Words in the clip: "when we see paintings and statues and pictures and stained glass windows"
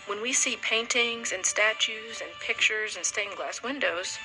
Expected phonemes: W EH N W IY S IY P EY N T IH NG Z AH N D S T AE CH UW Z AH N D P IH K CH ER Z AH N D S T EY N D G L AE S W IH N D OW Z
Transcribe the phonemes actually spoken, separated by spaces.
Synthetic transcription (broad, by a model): W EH N W IY S IY P EY N T IH NG Z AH N S T AE CH UW Z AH N P IH K CH ER Z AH N S T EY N G L AE S W IH N D OW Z